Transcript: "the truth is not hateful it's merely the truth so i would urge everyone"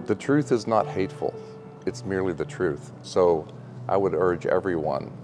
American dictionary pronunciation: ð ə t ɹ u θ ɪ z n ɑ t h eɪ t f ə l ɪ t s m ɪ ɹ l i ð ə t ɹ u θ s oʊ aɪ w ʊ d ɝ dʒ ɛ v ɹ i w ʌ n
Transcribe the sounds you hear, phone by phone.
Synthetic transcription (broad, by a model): ð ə t ɹ u θ ɪ z n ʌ t h eɪ t f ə l ɪ t s m ɪ ɹ l i ð ə t ɹ u θ s oʊ aɪ w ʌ d ɝ dʒ ɛ v ɹ i w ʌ n